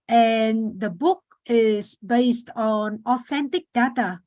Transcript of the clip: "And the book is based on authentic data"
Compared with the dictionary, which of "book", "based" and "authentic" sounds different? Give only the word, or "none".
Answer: none